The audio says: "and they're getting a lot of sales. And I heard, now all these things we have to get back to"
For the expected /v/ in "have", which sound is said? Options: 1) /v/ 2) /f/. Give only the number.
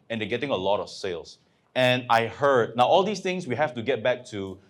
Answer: 2